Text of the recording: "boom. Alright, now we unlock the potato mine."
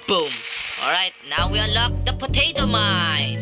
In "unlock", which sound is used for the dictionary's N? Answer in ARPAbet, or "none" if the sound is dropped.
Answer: none